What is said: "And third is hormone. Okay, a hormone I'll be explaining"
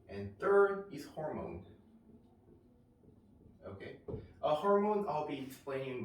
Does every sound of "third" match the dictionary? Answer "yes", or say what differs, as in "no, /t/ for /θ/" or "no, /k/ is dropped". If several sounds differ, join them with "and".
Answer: yes